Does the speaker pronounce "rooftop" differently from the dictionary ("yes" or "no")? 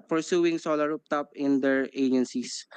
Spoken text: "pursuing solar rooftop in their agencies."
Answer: yes